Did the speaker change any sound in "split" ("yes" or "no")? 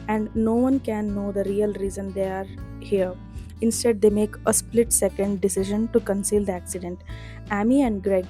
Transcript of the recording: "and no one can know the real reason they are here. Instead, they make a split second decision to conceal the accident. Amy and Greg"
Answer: no